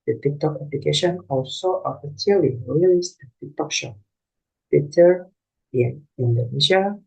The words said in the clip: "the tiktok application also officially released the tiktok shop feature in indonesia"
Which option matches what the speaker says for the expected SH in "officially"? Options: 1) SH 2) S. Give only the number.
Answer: 2